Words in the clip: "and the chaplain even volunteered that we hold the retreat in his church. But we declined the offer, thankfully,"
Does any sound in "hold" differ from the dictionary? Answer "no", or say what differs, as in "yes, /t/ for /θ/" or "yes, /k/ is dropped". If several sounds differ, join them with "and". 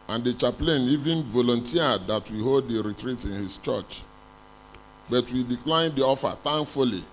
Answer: no